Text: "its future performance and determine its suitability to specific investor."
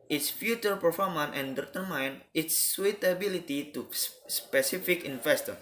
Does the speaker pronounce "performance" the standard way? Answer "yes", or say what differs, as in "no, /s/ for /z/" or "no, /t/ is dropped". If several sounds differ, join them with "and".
no, /s/ is dropped